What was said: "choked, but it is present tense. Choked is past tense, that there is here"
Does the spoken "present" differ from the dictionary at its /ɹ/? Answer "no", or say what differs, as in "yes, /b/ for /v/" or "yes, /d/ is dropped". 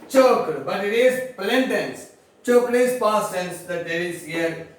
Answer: yes, /l/ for /ɹ/